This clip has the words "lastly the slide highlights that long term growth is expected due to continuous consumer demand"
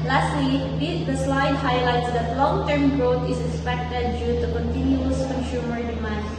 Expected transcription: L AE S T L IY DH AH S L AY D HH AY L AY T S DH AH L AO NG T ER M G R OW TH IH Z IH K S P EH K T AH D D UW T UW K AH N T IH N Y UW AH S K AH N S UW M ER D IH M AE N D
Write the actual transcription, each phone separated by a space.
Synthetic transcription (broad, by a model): L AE S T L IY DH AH S L AY D HH AY L AY T S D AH L AO NG T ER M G R OW T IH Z IH K S P EH K T AH D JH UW T UW K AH N T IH N Y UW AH S K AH N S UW M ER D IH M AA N